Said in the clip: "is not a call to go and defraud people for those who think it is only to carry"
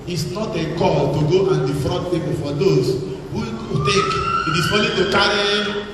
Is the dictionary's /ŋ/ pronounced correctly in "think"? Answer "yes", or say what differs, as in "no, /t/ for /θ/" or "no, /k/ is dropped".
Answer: no, /ŋ/ is dropped